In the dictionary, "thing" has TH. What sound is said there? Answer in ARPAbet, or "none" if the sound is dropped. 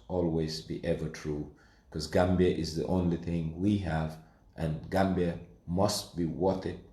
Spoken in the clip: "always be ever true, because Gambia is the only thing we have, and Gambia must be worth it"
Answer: TH